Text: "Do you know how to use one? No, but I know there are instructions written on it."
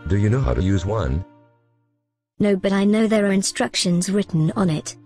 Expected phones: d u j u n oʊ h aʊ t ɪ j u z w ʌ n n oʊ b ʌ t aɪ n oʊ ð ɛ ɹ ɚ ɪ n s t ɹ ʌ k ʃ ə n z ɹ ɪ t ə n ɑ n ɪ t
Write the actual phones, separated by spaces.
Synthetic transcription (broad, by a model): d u j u n oʊ h aʊ t ɪ j u z w ʌ n n oʊ b ʌ t aɪ n oʊ ð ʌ ɹ ɚ ɪ n s t ɹ ʌ k ʃ ə n z ɹ ɪ t n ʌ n ɪ t